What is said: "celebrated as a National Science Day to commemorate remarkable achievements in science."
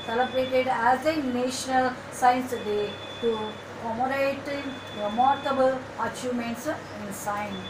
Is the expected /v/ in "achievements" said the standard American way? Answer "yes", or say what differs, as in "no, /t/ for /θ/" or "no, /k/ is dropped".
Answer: no, /v/ is dropped